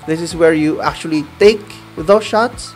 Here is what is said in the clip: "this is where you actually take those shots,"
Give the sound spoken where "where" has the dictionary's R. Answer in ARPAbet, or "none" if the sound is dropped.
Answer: R